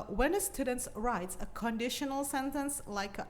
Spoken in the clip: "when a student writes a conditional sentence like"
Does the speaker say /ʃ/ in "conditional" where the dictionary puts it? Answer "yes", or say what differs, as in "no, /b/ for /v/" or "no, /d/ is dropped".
yes